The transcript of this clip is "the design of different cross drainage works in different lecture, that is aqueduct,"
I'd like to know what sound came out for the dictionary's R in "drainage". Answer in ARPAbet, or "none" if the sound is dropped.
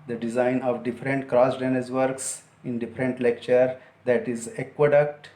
none